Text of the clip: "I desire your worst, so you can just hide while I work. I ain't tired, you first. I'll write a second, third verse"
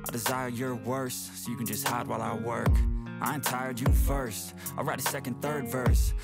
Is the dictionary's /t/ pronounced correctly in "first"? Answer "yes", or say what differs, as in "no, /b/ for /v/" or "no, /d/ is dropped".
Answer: yes